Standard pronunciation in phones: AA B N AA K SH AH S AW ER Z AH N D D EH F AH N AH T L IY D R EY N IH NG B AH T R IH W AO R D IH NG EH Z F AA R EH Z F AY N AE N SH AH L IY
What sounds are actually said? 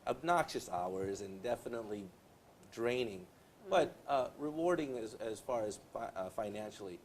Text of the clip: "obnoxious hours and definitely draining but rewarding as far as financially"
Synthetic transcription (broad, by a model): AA B N AA K SH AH S AW ER Z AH N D D EH F AH N AH T L IY D R EY N IH NG B AH T R IH W AO R D IH NG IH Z F AA R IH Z F AY N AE N SH L IY